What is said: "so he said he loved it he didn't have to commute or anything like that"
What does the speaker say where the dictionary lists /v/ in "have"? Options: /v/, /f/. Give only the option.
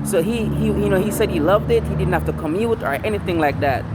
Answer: /f/